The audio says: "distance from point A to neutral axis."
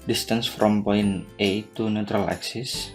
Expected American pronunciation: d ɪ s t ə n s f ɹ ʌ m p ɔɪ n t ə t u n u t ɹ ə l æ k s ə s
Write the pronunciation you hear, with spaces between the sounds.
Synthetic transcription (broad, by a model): d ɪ s t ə n s f ɹ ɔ m p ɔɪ n ə t u n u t ɹ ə l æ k s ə s